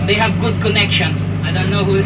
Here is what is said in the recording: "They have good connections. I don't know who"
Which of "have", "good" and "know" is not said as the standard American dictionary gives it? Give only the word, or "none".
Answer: none